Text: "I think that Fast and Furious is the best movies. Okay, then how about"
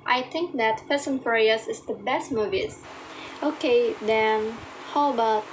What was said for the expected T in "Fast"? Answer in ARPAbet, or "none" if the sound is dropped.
none